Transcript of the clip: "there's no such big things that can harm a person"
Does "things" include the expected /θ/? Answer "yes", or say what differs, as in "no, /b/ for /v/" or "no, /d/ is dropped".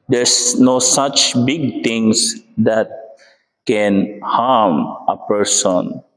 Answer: no, /t/ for /θ/